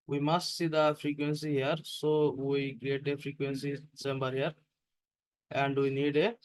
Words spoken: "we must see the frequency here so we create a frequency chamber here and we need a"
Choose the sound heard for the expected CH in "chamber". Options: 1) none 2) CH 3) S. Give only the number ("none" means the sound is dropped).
3